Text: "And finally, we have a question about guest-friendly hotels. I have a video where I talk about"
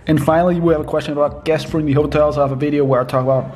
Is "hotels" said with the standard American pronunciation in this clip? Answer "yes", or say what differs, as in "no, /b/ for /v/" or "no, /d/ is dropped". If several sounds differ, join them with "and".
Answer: yes